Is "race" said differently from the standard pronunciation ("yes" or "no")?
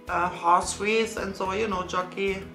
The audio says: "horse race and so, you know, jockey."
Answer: yes